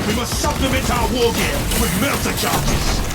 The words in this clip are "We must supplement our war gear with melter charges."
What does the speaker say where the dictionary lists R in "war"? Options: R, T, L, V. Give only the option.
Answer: L